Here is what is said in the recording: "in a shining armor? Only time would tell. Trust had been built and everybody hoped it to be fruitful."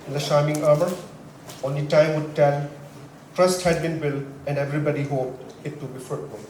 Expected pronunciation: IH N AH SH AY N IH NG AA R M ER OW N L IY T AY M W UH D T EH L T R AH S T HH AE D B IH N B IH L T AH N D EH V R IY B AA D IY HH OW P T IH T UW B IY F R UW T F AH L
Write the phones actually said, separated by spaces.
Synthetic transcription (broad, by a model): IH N AH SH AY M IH NG AA R M ER OW N L IY T AY M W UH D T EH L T R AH S T HH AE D B IH N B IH L AH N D EH V R IY B AA D IY HH OW P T IH T UW B IY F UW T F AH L